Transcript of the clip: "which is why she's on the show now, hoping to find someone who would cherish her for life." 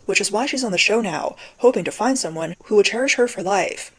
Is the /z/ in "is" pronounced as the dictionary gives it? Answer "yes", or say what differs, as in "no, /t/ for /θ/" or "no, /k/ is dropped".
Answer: yes